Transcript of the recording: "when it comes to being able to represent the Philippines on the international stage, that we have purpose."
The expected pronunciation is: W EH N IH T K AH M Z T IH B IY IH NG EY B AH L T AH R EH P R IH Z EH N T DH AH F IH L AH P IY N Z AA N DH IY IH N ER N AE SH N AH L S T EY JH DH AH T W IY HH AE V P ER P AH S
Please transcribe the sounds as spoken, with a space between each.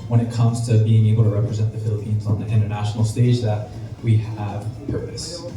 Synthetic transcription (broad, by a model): W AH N IH T K AH M Z T IH B IY IH NG EY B L T AH R EH P R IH Z EH N DH AH F IH L AH P IY N Z N DH IY IH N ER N AE SH N L S T EY JH DH AH T W IY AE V P ER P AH S